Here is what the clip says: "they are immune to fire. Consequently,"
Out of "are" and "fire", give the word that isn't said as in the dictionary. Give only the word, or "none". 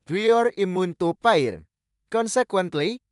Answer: fire